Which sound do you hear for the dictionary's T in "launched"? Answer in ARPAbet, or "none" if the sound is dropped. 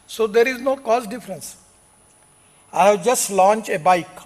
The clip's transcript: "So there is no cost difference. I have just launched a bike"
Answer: none